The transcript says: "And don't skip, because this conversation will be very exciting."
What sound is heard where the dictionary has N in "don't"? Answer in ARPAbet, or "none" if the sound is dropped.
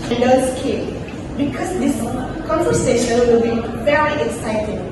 L